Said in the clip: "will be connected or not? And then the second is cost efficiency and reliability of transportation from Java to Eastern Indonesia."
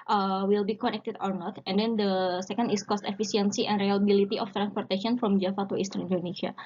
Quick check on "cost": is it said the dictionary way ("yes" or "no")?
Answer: yes